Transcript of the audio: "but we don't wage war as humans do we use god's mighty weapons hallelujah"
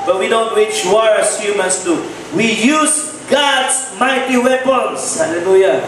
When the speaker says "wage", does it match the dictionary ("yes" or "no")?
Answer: no